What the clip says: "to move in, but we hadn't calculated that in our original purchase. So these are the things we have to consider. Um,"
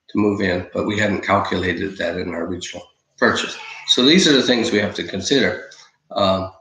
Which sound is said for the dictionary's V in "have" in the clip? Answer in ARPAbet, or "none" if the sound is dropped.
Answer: F